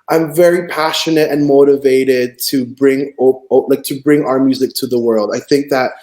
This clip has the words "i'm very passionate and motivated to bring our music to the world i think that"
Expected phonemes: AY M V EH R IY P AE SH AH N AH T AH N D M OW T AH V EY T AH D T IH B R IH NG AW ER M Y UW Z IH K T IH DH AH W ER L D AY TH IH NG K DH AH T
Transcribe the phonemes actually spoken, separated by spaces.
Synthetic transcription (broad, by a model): AY M V EH R IY P AE SH AH N AH T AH N M OW T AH V EY T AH D T IH B R IH NG AW ER M Y UW Z IH K T IH DH AH W ER L D AY TH IH NG K DH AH T